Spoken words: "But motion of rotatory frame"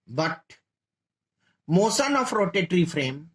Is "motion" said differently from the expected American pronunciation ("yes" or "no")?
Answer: yes